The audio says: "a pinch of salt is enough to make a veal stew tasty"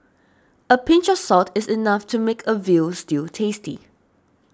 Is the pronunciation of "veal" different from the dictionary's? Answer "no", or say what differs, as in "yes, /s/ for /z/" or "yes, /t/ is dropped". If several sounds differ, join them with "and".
no